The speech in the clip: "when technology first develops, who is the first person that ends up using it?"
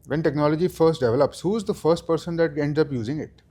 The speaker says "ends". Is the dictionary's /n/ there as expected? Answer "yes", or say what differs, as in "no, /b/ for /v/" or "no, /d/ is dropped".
yes